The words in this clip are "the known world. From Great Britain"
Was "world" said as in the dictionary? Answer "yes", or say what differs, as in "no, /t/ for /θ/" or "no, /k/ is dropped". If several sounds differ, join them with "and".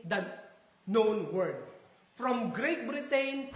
no, /l/ is dropped